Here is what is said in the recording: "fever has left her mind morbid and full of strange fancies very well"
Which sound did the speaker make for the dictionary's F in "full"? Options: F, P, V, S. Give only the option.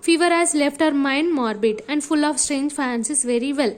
F